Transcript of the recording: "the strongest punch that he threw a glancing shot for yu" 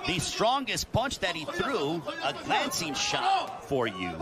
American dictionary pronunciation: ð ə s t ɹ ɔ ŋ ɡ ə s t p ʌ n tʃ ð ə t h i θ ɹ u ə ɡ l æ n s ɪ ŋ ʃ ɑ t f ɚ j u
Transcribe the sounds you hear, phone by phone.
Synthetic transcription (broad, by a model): ð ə s t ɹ ɔ ŋ ɡ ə s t p ʌ n tʃ ð ə t h i θ ɹ u ə ɡ l æ n s ɪ ŋ ʃ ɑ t f ɚ j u